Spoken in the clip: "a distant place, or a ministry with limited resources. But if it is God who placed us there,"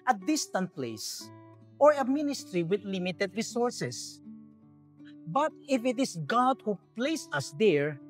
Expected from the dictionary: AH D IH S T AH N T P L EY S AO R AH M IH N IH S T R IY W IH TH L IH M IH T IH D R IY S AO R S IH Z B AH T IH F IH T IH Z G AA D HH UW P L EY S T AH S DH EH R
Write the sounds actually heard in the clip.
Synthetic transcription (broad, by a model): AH D IH S T AH N T P L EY S AO R AH M IH N IH S T R IY W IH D L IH M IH T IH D R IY S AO R S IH S B AH T IH F IH T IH S G AA D HH UW P L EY S AH S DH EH R